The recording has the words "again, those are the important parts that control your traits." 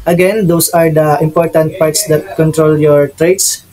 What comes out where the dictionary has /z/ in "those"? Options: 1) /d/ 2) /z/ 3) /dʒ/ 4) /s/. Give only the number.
4